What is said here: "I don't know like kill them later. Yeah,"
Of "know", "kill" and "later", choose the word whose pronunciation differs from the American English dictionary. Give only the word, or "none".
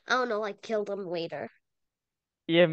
later